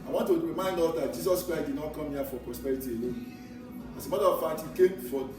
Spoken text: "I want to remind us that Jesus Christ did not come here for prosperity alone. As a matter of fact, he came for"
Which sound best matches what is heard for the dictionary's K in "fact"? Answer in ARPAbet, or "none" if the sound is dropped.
none